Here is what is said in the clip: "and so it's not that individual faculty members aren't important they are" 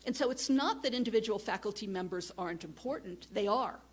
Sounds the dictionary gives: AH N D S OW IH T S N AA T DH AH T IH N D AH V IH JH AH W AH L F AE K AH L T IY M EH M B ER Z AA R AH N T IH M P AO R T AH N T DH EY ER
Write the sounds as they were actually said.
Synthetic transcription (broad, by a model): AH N S OW IH T S N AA T DH AH T IH N D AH V IH JH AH W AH L F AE K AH L T IY M EH M B ER Z AA R AH N T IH M P AO R T N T DH EY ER